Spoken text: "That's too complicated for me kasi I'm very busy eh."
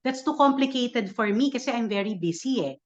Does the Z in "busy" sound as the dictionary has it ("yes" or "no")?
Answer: no